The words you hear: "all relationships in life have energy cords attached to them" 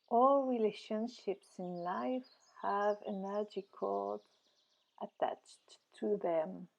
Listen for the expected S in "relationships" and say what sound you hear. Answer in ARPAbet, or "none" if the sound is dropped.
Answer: S